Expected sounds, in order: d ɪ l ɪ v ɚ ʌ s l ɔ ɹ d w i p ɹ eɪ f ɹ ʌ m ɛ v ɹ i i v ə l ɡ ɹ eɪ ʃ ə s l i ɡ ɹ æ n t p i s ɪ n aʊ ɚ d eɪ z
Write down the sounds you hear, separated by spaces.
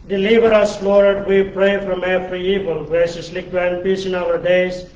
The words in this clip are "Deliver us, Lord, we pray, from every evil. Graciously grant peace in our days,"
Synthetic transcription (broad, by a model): d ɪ l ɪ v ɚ ʌ s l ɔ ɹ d w i p ɹ eɪ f ɹ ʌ m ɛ f ɹ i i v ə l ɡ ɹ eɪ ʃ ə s l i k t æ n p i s ɪ n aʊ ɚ d eɪ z